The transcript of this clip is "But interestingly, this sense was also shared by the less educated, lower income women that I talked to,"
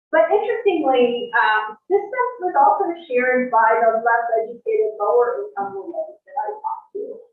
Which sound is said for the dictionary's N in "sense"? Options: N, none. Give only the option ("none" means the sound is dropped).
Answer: none